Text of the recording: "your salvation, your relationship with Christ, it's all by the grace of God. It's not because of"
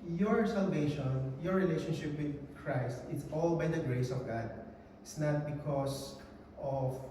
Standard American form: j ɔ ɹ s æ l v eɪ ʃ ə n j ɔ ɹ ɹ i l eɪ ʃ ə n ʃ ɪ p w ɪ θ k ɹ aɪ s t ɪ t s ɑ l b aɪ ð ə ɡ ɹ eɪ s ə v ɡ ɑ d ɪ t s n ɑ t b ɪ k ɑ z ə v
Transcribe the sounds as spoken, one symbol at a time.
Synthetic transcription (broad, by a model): j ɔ ɹ s æ l v eɪ ʃ ə n j ɔ ɹ ɹ i l eɪ ʃ ə n ʃ ɪ p w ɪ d k ɹ aɪ s t ɪ t s ɑ l b aɪ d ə ɡ ɹ eɪ s ə v ɡ ɑ d ɪ t s n ɑ t b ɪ k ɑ s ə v